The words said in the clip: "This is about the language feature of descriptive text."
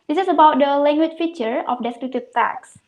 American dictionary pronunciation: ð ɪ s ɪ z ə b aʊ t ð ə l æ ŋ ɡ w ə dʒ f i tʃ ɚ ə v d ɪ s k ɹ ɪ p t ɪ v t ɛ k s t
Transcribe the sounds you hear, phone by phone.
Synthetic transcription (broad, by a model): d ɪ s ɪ s ə b aʊ t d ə l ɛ ŋ ɡ w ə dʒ f i tʃ ɚ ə f d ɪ s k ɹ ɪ t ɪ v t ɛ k s